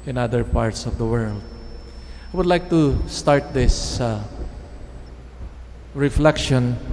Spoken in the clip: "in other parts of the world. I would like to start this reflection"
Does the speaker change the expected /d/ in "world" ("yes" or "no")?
no